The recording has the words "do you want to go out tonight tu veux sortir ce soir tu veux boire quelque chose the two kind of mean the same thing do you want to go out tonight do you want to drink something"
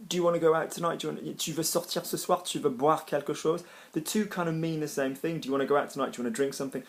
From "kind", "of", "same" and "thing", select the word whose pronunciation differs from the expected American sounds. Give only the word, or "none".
none